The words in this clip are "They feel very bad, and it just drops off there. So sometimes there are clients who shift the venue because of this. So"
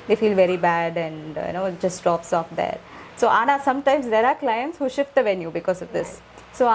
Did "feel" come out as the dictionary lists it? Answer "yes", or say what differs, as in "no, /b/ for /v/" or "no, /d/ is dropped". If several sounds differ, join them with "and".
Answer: yes